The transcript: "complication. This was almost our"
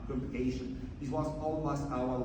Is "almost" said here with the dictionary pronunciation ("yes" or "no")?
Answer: no